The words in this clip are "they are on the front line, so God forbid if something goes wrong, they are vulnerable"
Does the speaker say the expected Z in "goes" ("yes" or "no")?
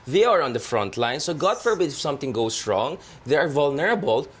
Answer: no